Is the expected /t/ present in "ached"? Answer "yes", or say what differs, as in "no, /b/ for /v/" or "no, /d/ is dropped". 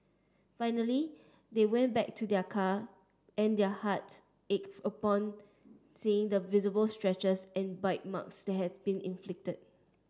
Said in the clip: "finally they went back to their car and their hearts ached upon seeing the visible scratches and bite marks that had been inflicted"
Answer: no, /t/ is dropped